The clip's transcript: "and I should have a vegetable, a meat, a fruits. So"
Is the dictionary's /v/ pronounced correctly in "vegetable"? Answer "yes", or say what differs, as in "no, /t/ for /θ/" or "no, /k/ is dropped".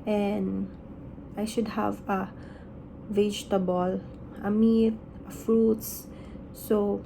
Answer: yes